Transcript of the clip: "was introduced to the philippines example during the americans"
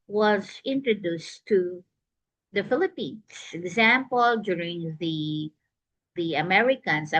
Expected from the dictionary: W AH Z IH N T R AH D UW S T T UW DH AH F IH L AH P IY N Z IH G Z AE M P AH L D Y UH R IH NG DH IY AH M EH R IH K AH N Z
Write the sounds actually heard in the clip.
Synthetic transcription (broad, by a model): W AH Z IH N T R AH D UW S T T UW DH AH F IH L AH P IY N S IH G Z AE M P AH L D Y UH R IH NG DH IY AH M EH R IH K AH N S